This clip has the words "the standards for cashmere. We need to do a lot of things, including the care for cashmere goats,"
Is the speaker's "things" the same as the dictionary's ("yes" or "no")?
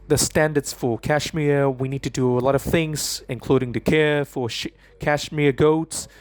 yes